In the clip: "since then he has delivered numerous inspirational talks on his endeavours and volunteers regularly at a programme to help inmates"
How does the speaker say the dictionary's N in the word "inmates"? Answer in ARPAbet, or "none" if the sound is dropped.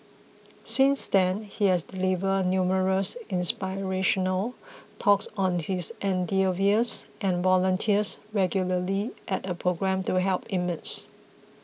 none